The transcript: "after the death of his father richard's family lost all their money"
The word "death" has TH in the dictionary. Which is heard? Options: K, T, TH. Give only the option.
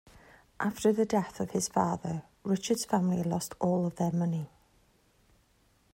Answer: TH